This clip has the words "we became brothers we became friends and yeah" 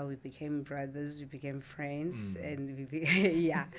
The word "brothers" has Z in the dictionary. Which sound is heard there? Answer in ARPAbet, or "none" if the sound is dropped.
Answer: Z